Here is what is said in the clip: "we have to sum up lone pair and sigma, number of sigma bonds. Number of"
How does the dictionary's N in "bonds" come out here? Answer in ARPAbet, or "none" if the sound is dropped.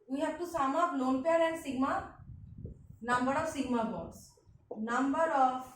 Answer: none